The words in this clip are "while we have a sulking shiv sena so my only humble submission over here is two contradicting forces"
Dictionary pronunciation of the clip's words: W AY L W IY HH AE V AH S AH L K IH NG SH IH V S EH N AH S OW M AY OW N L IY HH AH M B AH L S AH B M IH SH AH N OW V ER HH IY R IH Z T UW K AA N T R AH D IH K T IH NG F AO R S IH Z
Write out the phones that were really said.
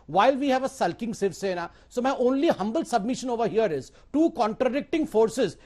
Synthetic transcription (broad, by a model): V AY L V IY HH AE V AH S AH L K IH NG S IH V S EH N AH S OW M AY OW N L IY HH AH M B AH L S AH B M IH SH AH N OW V ER HH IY R IH Z T UW K AA N T R AH D IH K T IH NG F AO R S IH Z